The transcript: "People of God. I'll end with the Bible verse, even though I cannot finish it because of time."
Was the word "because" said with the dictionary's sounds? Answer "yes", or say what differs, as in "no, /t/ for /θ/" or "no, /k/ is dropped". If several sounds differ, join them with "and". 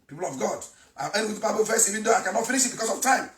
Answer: no, /s/ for /z/